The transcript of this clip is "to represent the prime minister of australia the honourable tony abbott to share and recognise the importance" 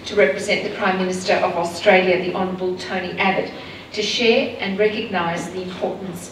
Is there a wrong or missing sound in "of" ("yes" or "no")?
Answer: no